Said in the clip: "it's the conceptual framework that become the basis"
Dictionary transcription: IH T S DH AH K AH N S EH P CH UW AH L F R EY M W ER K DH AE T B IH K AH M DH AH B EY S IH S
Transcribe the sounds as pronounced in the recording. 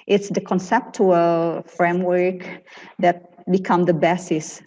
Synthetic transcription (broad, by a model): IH T S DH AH K AH N S EH P CH UW AH L F R EY M W ER K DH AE T B IH K AH M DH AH B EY S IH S